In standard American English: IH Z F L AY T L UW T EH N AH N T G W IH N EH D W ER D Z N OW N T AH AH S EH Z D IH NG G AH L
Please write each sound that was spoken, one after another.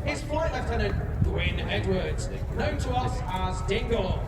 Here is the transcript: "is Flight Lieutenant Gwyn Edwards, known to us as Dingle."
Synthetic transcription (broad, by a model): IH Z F AY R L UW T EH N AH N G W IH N EH D W ER D Z N OW N T AH AH S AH Z D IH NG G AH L